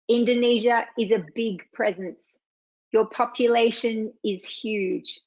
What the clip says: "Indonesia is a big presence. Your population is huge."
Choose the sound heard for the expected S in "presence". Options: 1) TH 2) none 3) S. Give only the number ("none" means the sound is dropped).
3